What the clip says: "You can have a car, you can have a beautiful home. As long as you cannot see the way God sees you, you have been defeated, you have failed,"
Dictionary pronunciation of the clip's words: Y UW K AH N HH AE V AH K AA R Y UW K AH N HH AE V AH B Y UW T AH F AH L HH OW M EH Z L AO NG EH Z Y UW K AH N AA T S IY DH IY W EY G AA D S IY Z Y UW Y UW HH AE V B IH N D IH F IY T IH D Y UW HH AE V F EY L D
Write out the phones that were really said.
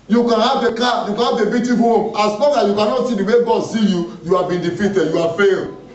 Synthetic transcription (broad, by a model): Y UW K AH N HH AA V AH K AA Y UW K AH N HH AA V AH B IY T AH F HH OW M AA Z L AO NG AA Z Y UW K AH N AA T S IY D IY W EY G AA D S IY Y UW Y UW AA B IH N D IH F IY T IH D Y UW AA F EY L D